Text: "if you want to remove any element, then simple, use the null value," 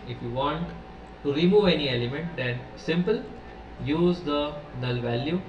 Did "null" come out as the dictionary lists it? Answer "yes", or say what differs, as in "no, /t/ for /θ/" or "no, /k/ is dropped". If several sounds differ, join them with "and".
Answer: yes